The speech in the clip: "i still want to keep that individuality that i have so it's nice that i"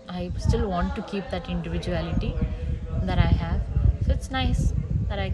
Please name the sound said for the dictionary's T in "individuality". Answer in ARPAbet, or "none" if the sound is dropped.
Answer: T